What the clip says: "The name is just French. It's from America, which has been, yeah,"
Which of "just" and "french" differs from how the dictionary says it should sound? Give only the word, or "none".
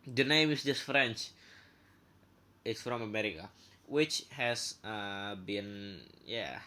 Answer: none